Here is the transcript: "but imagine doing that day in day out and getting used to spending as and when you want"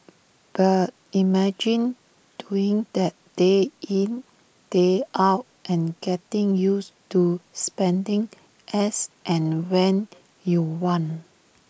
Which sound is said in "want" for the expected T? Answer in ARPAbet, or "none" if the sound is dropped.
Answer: none